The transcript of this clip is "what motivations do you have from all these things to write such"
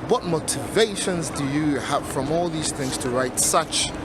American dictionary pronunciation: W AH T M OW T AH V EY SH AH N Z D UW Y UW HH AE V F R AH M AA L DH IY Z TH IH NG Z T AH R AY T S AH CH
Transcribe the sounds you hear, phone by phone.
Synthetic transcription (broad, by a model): W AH T M OW T AH V EY SH AH N Z D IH Y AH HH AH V F R AH M AA L DH IY Z TH IH NG Z T AH R AY T S AH CH